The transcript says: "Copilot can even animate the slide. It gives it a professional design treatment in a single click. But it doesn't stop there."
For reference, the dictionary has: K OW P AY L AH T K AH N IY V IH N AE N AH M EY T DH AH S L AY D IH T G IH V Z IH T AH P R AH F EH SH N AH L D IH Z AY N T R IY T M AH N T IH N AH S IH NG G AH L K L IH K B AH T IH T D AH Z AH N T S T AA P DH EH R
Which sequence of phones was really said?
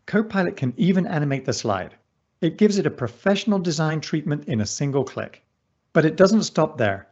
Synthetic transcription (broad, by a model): K OW P AY L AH T K AH N IY V IH N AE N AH M EY T DH AH S L AY D IH T G IH V Z IH T AH P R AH F EH SH N L D IH Z AY N T R IY T M AH N T IH N AH S IH NG G AH L K L IH K B AH T IH T D AH Z AH N T S T AA P DH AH R